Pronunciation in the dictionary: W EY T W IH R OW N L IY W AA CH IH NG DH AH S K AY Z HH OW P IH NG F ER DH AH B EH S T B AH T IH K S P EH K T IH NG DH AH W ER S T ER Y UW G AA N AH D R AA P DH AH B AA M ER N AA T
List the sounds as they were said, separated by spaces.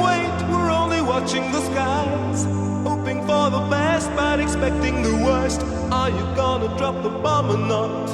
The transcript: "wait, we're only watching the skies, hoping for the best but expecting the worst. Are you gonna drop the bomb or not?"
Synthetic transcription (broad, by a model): W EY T W IH R OW N L IY W AA CH IH NG DH AH S K AY Z HH OW P IH NG F ER DH AH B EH S T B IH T IH K S P EH K T IH NG DH AH W ER S T ER Y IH G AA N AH D R AA P DH AH B AA M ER N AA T